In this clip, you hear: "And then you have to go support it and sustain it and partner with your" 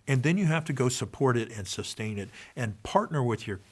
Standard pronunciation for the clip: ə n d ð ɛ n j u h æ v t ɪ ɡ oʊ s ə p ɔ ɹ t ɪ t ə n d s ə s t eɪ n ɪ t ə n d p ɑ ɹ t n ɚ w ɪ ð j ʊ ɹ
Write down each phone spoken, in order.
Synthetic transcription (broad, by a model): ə n ð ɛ n j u h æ f t ɪ ɡ oʊ s ə p ɔ ɹ t ɪ t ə n s ə s t eɪ n ɪ t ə n p ɑ ɹ t n ɚ w ɪ ð j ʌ ɹ